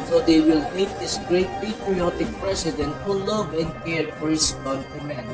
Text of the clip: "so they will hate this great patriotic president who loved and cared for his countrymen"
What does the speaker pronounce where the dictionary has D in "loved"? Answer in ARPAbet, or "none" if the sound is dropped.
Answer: none